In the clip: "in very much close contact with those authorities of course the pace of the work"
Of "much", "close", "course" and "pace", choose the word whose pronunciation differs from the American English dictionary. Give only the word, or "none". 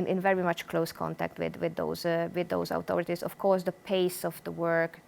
none